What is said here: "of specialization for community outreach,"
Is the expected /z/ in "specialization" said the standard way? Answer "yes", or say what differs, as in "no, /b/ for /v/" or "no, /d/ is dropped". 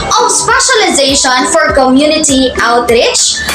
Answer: yes